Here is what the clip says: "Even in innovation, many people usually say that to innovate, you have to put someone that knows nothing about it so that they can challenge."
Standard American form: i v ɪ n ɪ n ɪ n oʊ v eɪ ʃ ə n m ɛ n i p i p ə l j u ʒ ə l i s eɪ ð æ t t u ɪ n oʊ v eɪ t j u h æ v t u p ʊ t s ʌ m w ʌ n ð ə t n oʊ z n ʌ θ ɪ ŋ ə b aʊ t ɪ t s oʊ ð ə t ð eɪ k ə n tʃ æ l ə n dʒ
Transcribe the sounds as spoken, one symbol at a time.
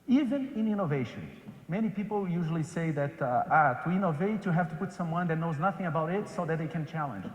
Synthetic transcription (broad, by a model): i v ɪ n ɪ n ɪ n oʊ v eɪ ʃ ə n m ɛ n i p i p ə l j u ʒ ə l i s eɪ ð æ t t u ɪ n oʊ v eɪ t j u h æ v t u p ʊ t s ʌ m w ʌ n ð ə t n oʊ z n ʌ θ ɪ ŋ ə b aʊ t ɪ t s oʊ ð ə t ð eɪ k ə n tʃ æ l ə n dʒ